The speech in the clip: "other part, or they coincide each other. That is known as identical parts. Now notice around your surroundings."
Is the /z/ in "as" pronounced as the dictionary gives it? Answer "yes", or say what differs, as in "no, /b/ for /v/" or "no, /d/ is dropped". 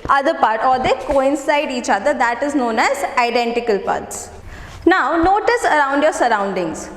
yes